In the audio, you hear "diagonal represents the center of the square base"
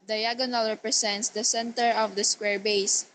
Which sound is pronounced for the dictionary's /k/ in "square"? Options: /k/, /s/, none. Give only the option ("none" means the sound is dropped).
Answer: /k/